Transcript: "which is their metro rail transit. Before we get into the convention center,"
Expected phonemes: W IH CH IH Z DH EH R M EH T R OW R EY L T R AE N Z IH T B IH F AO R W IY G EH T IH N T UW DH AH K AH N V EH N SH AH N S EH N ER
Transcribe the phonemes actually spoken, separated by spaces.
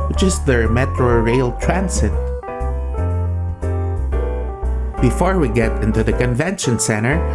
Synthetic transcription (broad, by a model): W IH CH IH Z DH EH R M EH T R OW R EY L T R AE N S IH T B IH F AO R W IY G EH T IH N T UW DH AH K AH N V EH N SH AH N S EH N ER